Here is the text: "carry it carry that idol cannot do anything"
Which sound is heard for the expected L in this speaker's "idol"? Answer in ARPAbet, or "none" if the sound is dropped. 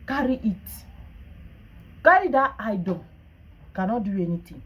N